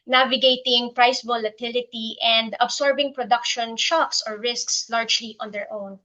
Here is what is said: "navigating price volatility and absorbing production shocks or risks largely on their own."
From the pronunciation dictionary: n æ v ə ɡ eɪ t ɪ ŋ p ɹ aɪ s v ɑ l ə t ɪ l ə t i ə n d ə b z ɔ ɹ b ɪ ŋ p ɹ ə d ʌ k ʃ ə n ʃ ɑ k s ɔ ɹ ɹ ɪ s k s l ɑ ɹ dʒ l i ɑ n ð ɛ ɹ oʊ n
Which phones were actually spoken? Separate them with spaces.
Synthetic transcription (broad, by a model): n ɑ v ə ɡ eɪ t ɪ ŋ p ɹ aɪ s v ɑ l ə t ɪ l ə t i ə n d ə b s ɔ ɹ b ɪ ŋ p ɹ ə d ʌ k ʃ ə n ʃ ɑ k s ɔ ɹ ɹ ɪ s k s l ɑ ɹ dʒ l i ɑ n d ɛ ɹ oʊ n